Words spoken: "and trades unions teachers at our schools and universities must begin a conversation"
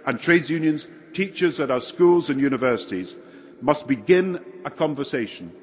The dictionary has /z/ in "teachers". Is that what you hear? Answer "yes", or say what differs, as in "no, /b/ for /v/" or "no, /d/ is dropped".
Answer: yes